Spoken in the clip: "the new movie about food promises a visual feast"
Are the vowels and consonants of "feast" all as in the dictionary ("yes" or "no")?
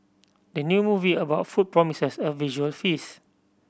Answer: no